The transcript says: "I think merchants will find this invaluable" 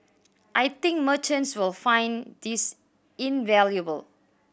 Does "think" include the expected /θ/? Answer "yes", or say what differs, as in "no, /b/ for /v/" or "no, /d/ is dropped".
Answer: no, /t/ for /θ/